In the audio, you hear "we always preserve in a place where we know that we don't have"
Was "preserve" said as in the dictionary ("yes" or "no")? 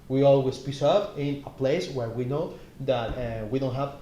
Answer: no